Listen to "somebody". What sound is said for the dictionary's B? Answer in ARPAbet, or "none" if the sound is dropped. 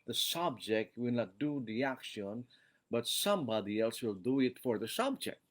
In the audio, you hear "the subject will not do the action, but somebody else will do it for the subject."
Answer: B